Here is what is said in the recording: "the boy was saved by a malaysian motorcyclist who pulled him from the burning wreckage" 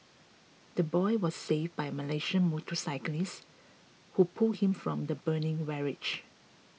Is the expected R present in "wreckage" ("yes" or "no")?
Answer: no